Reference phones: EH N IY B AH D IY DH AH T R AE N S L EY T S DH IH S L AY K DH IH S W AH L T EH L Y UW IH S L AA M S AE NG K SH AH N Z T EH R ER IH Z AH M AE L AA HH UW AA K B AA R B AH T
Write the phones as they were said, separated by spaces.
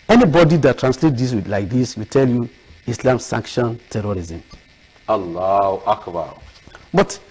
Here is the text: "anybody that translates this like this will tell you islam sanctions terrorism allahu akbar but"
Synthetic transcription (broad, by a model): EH N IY B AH D IY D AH T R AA N S L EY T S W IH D L AY K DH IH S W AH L T EH L Y UW IH S L AA M S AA NG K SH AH N T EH R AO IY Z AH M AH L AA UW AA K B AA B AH T